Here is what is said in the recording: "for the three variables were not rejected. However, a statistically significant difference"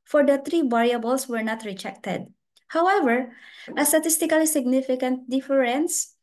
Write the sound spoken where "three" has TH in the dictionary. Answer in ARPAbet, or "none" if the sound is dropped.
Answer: T